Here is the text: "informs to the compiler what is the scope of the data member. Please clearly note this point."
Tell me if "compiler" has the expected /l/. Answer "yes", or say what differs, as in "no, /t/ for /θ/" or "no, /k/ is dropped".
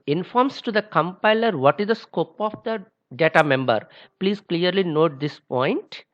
yes